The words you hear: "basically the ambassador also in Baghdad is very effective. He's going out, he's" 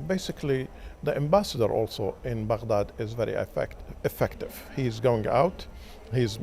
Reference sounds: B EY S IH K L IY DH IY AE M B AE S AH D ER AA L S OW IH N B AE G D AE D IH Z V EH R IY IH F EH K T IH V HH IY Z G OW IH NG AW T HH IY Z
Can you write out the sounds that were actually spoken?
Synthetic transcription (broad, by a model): B EY S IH K L IY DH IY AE M B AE S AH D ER AA L S OW IH N B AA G D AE D IH Z V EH R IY IH F EH K T IH V HH IY Z G OW IH NG AW T HH IY Z